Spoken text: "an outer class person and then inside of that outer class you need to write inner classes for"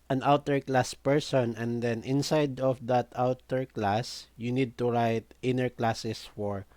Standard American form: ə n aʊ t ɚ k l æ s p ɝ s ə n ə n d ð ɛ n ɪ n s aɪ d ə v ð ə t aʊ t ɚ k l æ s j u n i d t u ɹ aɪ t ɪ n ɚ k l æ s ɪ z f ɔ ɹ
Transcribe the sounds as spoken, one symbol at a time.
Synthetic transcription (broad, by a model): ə n aʊ t ɚ k l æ s p ɝ s ə n ə n d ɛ n ɪ n s aɪ d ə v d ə t aʊ t ɚ k l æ s j u n i d t u ɹ aɪ t ɪ n ɚ k l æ s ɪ s f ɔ ɹ